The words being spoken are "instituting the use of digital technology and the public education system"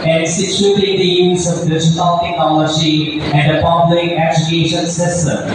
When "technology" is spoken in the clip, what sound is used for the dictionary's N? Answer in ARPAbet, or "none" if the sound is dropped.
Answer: none